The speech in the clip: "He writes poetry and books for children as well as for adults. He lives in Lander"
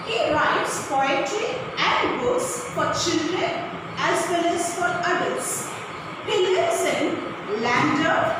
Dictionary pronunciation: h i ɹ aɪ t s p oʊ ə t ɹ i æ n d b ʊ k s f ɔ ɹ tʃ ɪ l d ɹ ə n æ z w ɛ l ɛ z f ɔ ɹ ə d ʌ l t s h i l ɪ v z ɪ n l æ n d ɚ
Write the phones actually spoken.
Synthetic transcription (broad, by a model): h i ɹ aɪ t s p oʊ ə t i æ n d b ʊ k s f ɔ ɹ tʃ ɪ l d ɹ ə n æ z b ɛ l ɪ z f ɔ ɹ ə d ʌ t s h i l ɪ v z ɪ n l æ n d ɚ